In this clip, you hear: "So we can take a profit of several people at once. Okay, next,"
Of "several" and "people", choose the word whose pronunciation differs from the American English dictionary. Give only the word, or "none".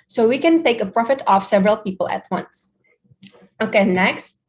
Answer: none